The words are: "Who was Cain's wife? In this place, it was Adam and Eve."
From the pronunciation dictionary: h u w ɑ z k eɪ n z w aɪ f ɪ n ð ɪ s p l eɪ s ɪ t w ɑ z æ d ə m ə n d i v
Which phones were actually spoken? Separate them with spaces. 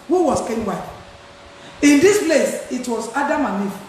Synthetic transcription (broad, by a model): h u w ɑ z k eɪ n w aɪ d ɪ n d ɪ s p l eɪ s ɪ t w ɑ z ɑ d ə m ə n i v